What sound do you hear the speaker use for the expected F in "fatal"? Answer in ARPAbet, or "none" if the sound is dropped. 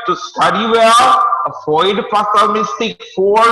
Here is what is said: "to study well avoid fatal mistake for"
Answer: P